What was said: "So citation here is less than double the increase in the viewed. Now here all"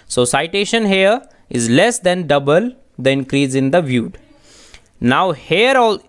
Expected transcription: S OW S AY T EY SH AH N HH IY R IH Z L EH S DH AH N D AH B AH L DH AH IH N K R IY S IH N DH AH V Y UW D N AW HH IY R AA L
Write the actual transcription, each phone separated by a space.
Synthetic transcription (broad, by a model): S OW S AY T EY SH AH N HH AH R IH Z L EH S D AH N D AH B AH L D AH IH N K R IY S IH N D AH V Y UW D N AW HH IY R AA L